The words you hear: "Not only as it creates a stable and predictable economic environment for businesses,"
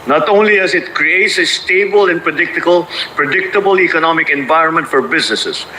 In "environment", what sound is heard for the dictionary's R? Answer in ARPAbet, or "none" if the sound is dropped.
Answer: R